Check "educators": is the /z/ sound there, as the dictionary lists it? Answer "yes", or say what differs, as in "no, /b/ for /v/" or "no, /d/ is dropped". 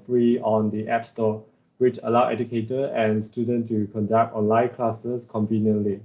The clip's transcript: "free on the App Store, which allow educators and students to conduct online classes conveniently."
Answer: no, /z/ is dropped